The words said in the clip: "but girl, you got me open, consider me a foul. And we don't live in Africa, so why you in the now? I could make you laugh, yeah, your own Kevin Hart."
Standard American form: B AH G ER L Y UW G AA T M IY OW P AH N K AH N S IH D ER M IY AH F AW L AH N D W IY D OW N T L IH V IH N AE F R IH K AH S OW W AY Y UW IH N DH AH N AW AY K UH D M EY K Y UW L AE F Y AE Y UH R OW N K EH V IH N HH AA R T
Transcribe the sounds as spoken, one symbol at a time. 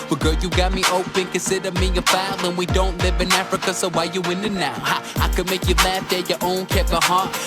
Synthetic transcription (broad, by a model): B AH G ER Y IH G AA T M IY OW P AH N K AH N S IH D ER M IY AH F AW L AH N W IY D OW N T L IH V IH N AE F R IH K AH S OW W AY Y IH IH N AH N AW AY K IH D M EY K Y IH L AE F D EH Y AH R OW N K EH P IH HH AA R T